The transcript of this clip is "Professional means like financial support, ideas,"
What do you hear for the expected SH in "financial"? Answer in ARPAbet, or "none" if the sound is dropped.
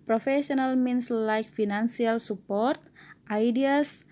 S